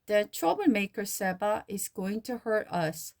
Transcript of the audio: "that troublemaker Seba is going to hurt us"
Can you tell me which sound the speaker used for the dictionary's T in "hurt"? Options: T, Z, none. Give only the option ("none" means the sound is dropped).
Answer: T